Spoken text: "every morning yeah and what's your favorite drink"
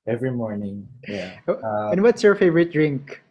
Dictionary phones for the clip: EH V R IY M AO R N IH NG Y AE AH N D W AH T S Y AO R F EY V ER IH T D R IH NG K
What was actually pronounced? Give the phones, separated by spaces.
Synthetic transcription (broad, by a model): EH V R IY M AO R N IH NG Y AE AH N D W AH T S Y AO R F EY V ER IH T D R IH NG K